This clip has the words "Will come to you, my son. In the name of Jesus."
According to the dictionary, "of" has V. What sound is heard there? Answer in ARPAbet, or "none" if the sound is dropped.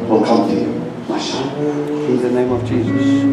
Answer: V